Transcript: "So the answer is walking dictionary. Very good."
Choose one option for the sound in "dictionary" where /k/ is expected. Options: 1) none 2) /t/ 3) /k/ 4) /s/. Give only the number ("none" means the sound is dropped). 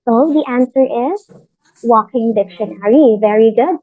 3